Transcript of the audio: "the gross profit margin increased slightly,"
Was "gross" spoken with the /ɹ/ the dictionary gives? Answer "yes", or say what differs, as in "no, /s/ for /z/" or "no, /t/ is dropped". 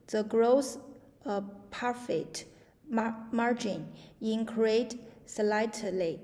yes